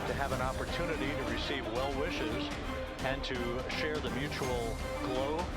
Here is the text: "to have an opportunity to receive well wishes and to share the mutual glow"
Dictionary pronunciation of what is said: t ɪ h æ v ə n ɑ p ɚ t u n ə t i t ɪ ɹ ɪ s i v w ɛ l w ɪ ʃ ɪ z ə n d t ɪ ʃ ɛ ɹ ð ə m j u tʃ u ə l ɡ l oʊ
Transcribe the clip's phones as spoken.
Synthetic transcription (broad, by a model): t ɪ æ v ə n ɑ p ɚ t u n ə t i t ɪ ɹ ɪ s i v w ɛ l w ɪ ʃ ɪ z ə n t ɪ ʃ ɛ ɹ ð ə m j u tʃ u l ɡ l oʊ